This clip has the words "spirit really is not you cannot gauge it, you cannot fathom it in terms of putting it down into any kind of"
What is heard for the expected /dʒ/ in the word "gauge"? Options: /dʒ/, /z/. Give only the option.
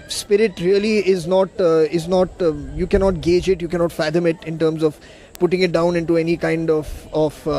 /dʒ/